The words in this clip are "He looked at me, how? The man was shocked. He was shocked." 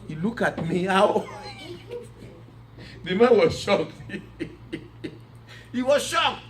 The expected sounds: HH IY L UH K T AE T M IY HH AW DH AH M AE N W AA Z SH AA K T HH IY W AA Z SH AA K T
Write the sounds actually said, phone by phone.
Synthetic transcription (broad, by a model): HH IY L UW K AA T M IY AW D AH M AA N W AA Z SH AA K HH IY W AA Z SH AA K